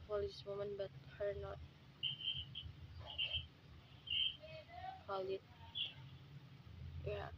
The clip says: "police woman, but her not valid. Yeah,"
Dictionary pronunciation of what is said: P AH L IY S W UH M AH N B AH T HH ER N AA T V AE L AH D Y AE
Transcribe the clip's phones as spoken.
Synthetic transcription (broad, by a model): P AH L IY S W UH M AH N B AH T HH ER N AA T P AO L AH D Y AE